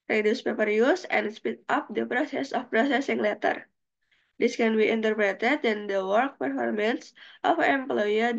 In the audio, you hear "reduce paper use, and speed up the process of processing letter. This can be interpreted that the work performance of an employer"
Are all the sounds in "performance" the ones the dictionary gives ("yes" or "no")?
yes